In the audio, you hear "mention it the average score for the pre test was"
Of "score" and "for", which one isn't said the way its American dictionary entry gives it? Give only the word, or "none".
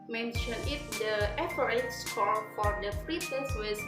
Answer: score